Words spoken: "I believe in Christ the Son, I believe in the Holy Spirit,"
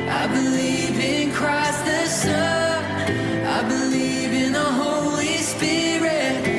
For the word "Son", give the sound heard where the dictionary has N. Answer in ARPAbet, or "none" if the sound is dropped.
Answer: none